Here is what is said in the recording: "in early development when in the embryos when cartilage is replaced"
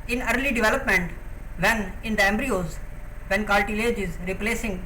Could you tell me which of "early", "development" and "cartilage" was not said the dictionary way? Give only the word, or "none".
cartilage